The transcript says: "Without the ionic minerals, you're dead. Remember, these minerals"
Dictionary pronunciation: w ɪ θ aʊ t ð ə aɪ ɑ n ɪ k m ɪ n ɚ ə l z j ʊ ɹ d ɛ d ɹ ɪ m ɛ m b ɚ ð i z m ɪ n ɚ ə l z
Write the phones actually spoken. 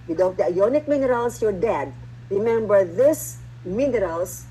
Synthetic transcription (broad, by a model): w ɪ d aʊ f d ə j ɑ n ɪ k m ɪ n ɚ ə l s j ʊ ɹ d ɛ d ɹ ɪ m ɛ m b ɚ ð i s m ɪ n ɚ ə l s